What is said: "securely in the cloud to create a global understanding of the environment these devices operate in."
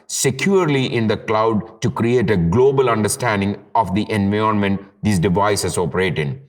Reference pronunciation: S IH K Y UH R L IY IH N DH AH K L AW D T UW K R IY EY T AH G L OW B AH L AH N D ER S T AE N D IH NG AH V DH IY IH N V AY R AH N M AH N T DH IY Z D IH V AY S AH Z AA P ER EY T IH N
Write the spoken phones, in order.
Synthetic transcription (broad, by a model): S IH K Y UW R L IY IH N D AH K L AW D T UW K R IY EY T AH G L OW B AH L AH N D ER S T AE N D IH NG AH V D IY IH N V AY AH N M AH N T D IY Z D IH V AY S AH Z AA P ER EY T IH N